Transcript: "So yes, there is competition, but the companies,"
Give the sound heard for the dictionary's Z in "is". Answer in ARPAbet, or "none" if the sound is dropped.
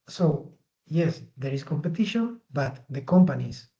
S